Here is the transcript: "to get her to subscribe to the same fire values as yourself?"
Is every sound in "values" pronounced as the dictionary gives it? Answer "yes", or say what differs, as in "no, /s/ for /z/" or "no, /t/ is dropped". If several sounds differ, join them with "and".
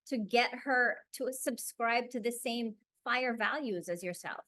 yes